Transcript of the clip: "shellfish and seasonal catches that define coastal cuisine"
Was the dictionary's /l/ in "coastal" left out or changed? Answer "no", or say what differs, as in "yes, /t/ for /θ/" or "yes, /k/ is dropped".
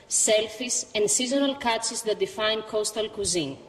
no